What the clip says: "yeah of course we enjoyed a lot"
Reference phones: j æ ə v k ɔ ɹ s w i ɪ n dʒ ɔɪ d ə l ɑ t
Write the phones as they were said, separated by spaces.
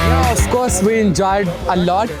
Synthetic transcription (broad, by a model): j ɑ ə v k ɔ ɹ s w i ɪ n dʒ ɔɪ d ə l ɑ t